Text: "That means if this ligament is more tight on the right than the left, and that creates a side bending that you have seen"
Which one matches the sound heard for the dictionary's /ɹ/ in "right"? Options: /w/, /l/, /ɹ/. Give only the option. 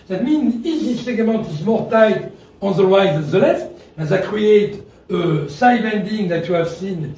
/w/